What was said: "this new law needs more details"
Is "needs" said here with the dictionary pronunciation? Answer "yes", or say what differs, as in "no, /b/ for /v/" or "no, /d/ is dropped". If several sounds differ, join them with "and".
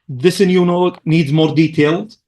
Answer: yes